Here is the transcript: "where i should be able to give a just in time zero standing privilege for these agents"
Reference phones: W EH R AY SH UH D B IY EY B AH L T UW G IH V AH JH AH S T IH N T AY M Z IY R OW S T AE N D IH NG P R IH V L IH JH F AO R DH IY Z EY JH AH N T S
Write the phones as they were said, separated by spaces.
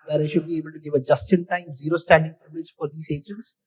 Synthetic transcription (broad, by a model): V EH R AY SH UH D B IY EY B AH L T UW G IH V AH JH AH S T IH N T AY M Z IY R OW S T AE N D IH NG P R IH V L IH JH F AO R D IY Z EY JH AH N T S